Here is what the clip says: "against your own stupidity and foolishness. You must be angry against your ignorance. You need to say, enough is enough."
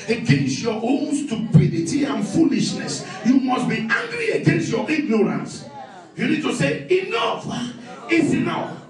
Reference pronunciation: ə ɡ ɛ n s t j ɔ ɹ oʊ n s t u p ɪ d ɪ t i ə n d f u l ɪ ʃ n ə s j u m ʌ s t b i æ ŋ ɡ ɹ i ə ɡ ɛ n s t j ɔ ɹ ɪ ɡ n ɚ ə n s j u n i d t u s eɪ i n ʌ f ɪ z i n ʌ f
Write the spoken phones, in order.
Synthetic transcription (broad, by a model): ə ɡ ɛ n s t j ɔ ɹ oʊ n s t u p ɪ d ɪ t i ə n f u l ɪ ʃ n ə s j u m ʌ s t b i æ ŋ ɡ ɹ i ə ɡ ɛ n s t j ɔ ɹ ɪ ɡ n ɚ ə n s j u n i d t u s eɪ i n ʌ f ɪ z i n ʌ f